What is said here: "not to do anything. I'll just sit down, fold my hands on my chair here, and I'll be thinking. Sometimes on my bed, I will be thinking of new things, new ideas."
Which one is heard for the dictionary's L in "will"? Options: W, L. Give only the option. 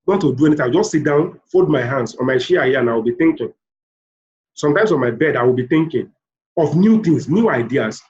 L